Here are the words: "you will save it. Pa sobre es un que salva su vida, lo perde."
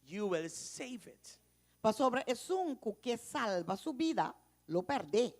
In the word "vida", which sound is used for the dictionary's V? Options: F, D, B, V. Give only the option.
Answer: B